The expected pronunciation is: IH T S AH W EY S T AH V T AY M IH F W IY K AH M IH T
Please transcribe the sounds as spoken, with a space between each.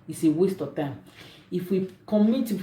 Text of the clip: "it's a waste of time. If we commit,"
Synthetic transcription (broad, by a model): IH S AH W EY S T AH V T AY M IH F W IY K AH M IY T